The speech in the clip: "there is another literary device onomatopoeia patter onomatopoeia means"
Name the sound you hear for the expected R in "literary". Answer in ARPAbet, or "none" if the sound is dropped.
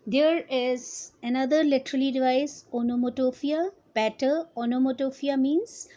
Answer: L